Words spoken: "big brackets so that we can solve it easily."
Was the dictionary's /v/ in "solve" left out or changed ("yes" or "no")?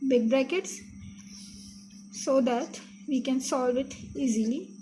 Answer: no